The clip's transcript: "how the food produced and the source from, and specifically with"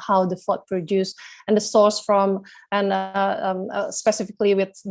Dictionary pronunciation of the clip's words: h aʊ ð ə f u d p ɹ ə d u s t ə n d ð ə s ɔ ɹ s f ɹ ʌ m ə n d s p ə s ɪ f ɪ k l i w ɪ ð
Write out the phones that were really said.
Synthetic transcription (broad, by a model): h aʊ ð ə f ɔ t p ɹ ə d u s ə n d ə s ɔ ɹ s f ɹ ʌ m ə n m s p ə s ɪ f ɪ k l i w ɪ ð